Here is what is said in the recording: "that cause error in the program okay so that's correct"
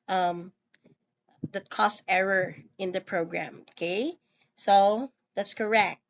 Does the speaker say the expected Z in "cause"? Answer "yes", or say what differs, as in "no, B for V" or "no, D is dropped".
no, S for Z